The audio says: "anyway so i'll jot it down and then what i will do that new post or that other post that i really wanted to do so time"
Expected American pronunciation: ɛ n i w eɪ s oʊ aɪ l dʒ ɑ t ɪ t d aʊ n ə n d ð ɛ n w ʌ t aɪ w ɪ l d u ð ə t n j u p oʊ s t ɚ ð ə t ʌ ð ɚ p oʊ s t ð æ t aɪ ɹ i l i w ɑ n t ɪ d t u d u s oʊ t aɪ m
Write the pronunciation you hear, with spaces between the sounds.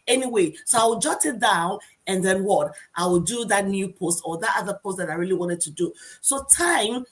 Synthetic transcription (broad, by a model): ɛ n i w eɪ s oʊ aɪ w dʒ ɑ t ɪ t d aʊ n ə n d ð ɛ n w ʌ t aɪ w ɪ l d u ð ə t n j u p oʊ s t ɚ ð ə t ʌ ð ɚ p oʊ s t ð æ t aɪ ɹ i l i w ɑ n t ɪ d t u d u s oʊ t aɪ m